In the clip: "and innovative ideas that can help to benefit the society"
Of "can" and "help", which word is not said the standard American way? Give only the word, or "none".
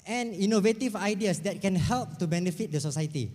none